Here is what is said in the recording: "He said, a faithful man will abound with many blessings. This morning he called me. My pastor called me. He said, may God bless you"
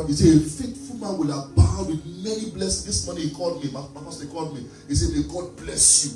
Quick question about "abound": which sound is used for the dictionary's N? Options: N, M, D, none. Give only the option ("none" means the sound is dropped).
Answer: none